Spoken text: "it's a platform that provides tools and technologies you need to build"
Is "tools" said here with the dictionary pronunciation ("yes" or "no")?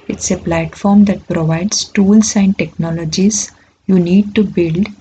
no